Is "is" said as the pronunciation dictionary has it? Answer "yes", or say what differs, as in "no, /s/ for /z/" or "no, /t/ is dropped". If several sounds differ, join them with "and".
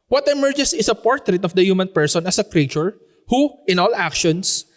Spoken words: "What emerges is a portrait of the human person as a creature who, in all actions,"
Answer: no, /s/ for /z/